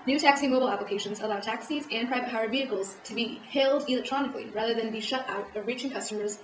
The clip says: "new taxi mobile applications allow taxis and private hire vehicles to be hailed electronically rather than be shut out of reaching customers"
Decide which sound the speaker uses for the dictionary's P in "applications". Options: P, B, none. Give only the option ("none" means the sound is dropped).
P